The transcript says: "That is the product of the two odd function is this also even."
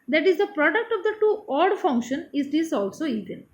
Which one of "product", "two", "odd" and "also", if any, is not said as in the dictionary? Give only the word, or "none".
none